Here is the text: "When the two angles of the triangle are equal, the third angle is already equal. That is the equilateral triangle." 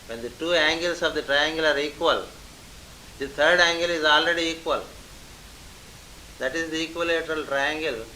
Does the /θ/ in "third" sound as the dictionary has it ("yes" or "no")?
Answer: no